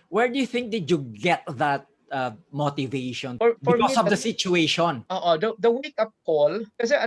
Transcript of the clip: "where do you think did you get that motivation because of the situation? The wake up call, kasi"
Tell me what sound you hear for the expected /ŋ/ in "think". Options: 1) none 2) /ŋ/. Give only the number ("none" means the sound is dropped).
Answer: 2